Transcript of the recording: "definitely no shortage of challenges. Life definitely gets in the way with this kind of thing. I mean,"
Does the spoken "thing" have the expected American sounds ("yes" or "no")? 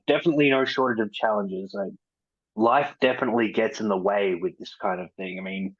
yes